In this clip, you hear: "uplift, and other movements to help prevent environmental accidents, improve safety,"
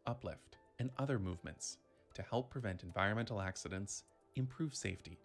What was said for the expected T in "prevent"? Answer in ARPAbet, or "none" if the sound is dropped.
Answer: T